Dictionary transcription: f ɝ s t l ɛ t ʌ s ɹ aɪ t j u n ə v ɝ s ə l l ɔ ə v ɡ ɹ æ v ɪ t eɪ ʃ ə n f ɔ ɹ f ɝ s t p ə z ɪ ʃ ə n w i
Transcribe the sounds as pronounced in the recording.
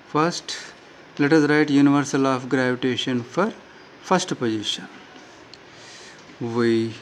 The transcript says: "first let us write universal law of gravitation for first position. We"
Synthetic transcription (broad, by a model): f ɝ s t l ɛ t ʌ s ɹ aɪ t j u n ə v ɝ s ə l l ɔ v ɡ ɹ æ v ɪ t eɪ ʃ ə n f ɔ ɹ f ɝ s t p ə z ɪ ʃ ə n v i